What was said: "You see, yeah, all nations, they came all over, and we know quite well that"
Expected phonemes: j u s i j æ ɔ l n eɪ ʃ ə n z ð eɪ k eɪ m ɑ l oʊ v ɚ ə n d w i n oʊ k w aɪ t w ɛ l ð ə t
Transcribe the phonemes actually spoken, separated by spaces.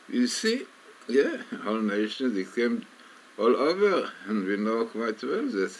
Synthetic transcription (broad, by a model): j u s i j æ ɔ l n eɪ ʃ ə n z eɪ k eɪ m ɑ l oʊ v ɚ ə n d w i n oʊ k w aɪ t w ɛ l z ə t